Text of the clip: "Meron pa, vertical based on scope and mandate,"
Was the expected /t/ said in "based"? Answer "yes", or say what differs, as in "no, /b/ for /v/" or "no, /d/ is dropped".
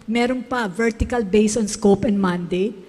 no, /t/ is dropped